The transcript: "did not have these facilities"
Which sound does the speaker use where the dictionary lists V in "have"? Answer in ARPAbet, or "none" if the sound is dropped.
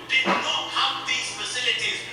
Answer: W